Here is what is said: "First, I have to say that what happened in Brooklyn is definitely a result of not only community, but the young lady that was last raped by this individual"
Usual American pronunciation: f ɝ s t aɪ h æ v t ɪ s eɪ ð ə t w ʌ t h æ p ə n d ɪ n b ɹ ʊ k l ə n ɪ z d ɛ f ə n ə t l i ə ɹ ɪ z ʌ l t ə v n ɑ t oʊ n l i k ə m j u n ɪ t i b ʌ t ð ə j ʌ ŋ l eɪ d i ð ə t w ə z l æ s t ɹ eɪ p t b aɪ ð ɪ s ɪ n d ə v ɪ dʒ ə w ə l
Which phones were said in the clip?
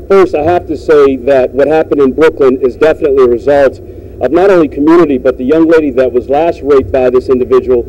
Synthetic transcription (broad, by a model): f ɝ s aɪ h æ f t ɪ s eɪ ð ə t w ʌ t h æ p ə n d ɪ n b ɹ ʊ k l ə n ɪ z d ɛ f ə n ə t l i ə ɹ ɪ z ʌ l t ə v n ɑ t oʊ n l i k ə m j u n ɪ t i b ʌ t ð ə j ʌ ŋ l eɪ d i ð ə t w ə z l æ s t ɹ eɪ t b aɪ ð ɪ s ɪ n d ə v ɪ dʒ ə w l